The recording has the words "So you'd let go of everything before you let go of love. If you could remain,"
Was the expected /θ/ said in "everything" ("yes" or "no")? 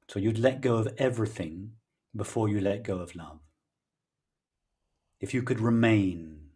yes